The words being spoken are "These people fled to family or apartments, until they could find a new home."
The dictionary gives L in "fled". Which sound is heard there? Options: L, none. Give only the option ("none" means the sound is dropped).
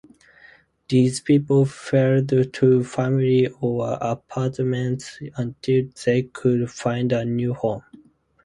none